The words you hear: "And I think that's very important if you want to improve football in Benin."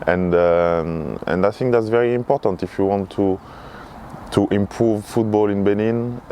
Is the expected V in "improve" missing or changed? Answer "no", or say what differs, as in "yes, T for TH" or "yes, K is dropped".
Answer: no